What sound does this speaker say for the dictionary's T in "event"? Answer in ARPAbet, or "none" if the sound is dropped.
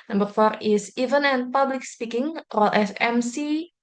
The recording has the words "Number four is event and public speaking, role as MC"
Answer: none